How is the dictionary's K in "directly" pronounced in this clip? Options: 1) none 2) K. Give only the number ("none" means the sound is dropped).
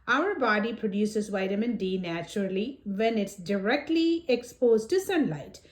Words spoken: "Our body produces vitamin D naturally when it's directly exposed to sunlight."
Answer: 2